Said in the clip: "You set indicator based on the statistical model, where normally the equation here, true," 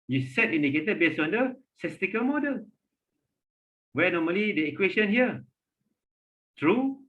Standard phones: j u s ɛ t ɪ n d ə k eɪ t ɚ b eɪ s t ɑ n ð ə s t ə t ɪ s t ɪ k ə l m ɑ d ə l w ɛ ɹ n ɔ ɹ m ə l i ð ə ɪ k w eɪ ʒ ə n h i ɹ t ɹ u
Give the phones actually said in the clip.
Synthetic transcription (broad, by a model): j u s ɛ t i n d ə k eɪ t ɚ b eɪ s ɑ n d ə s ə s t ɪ k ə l m ɑ d ə l w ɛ n ɔ m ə l i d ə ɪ k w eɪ ʃ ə n h i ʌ t ɹ u